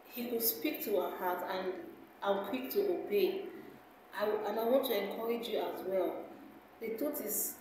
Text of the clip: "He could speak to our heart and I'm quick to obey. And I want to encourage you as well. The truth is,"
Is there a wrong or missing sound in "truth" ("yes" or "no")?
yes